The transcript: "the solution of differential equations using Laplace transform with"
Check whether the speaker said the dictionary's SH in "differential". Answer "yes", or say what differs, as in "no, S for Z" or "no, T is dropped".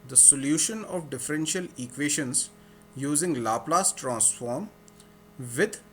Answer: yes